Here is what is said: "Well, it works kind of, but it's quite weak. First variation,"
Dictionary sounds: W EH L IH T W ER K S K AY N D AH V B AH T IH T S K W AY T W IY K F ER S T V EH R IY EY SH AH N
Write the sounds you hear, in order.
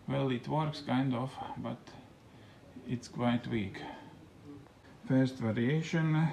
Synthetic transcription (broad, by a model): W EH L IH T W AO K S K AY N D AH F B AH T IH T S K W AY T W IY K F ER S T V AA R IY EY SH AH N